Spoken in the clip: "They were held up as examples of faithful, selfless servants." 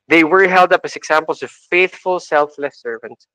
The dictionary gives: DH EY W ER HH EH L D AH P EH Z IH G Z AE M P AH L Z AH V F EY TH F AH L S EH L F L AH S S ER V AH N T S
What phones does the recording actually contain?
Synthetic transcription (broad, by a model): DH EY W ER HH EH L D AH P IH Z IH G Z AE M P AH L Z AH V F EY TH F AH L S EH L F L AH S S ER V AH N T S